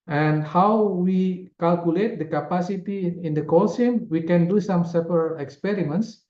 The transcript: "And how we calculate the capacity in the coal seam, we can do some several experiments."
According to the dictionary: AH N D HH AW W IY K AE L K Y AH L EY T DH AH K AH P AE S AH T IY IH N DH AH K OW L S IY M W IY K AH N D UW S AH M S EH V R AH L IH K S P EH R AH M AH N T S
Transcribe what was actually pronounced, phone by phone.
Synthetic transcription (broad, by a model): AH N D HH AW W IY K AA L K Y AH L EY T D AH K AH P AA S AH T IY IH N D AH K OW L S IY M W IY K AH N D UW S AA M S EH P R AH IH K S P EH R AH M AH N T S